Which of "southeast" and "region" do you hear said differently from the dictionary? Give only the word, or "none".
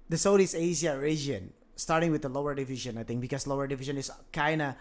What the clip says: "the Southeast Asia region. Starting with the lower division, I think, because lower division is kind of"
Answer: southeast